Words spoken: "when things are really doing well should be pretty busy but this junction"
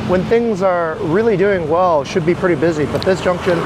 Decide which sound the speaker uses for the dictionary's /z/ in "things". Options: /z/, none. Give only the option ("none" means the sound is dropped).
/z/